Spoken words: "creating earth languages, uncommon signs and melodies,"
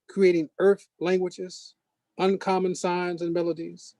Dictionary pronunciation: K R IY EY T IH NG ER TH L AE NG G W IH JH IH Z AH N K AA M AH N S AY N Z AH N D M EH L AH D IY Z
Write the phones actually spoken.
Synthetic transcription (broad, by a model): K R IY EY T IH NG ER TH L AE NG G W IH JH IH Z AH N K AA M AH N S AY N Z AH N M EH L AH D IY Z